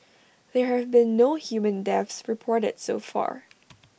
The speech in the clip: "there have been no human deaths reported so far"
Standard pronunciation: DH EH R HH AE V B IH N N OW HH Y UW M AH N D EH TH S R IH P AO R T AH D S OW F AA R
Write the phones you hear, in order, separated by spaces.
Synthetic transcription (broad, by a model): DH EH R HH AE V B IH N N OW HH Y UW M AH N D EH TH S R IH P AO R T AH D S OW F AA R